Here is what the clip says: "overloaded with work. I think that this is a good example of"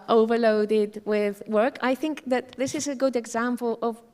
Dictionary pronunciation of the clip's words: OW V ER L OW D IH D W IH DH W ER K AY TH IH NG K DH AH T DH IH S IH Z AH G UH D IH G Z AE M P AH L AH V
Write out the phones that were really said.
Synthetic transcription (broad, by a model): OW V ER L OW D IH D W IH DH W ER K AY TH IH NG K DH AH T DH IH S IH Z AH G UH D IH G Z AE M P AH L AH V